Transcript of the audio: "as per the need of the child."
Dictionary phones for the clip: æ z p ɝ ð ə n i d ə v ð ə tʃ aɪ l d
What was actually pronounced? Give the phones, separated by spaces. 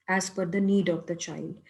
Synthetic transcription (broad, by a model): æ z f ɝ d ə n i d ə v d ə tʃ aɪ l d